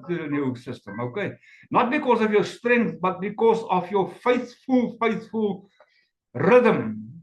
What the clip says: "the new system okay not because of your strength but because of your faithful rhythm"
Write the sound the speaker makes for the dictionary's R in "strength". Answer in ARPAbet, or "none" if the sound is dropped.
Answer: R